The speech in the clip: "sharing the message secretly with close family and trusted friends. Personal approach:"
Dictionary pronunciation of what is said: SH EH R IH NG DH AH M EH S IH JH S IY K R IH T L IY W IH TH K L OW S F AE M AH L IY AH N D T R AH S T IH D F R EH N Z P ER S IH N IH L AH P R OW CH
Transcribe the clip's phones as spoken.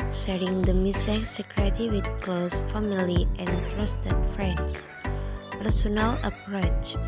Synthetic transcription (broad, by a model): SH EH R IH NG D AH M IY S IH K S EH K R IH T IY W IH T K L OW S F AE M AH L IY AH N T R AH S T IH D F R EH N S P ER S IH N IH L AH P R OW CH